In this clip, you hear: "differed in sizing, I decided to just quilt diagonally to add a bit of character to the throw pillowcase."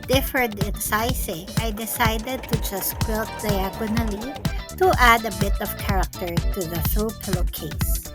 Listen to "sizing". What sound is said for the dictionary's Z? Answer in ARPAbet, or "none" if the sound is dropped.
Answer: S